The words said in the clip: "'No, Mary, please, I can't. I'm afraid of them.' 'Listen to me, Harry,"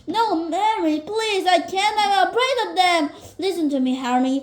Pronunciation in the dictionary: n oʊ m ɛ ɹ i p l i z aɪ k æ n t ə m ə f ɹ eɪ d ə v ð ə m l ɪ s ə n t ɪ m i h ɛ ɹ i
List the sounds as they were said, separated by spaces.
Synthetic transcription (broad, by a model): n oʊ m ɛ ɹ i p l i z aɪ k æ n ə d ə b ɹ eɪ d ə v ð ə m l ɪ s ə n t ɪ m i h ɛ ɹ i